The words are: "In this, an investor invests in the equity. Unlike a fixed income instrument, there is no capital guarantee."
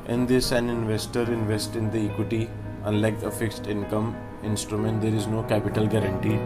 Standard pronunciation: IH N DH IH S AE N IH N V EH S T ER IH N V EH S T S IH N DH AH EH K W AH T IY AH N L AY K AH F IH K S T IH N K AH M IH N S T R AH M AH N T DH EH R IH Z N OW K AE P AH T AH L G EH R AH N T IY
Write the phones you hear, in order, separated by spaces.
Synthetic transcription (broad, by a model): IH N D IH S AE N IH N V EH S T ER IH N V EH S T IH N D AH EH K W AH T IY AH N L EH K AH F IH K S T IH N K AH M IH N S T R AH M AH N T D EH R IH Z N OW K AE P AH T AH L G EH R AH N T IY